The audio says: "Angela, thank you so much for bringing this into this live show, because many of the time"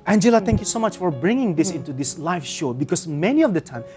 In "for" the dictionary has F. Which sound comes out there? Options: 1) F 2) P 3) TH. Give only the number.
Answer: 1